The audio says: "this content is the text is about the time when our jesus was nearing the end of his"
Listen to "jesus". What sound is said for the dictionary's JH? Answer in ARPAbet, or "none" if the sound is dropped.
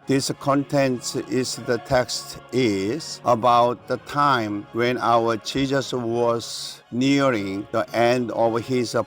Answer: CH